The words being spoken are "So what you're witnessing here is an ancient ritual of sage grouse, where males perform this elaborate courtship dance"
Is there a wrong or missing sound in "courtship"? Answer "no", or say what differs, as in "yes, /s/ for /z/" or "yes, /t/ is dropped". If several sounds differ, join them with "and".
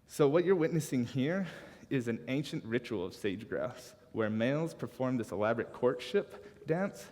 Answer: no